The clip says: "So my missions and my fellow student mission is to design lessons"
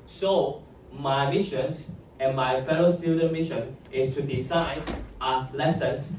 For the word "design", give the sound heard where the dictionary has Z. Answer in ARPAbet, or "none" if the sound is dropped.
S